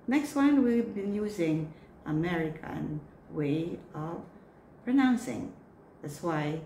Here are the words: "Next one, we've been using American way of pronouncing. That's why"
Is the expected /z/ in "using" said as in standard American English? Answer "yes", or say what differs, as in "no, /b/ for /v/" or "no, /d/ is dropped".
yes